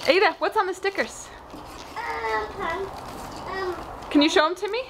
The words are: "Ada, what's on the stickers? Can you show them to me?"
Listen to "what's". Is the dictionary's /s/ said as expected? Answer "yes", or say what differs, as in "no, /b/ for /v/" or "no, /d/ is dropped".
yes